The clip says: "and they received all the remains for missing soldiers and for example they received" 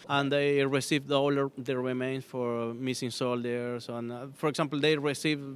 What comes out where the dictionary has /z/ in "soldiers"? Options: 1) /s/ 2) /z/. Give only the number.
1